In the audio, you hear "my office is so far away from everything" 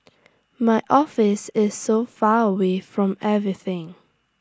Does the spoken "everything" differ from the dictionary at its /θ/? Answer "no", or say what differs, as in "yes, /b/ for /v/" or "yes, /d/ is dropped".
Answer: no